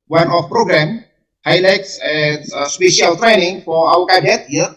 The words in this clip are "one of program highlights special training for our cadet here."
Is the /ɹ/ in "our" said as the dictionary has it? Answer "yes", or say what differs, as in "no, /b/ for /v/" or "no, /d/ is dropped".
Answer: no, /w/ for /ɹ/